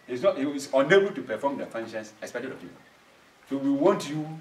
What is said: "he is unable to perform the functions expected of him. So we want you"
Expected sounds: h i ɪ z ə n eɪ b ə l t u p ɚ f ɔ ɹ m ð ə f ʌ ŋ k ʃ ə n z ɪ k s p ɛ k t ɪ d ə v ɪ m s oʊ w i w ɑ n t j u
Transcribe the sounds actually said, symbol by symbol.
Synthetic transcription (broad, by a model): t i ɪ s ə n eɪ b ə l t u p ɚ f ɔ m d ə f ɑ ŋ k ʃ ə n s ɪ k s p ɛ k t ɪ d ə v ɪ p s oʊ w i w ɑ n t j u